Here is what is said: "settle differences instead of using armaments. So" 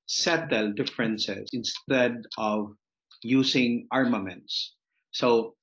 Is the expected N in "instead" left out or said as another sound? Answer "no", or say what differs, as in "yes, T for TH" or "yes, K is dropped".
no